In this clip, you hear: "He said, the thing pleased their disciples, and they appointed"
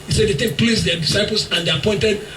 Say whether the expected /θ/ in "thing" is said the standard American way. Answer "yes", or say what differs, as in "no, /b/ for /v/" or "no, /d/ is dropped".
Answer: no, /t/ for /θ/